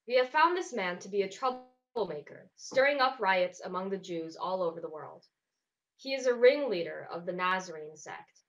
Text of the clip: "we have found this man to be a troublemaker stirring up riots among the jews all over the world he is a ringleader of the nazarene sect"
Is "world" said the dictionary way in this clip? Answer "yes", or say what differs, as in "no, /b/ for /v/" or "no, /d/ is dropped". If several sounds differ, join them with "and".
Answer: yes